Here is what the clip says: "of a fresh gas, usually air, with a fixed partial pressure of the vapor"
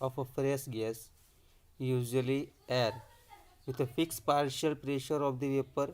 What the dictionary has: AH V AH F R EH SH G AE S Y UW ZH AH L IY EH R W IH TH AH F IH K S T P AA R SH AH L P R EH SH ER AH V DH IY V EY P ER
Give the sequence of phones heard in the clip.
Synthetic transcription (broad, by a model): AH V AH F R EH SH G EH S Y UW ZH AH L IY EH R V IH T AH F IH K S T P AA R SH AH L P R EH SH ER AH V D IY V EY P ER